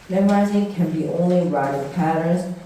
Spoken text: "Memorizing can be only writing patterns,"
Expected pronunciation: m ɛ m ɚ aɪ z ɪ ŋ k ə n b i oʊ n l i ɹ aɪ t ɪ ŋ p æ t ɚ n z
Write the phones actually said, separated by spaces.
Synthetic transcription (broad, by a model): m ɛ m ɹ aɪ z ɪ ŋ k ə n b i oʊ n l i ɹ aɪ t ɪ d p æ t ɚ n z